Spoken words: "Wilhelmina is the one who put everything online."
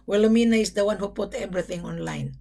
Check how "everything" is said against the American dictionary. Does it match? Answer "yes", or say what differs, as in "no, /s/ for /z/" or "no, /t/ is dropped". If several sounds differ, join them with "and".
no, /b/ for /v/